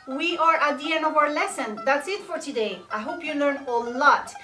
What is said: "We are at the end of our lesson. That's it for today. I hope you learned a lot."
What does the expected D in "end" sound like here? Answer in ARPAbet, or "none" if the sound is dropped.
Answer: none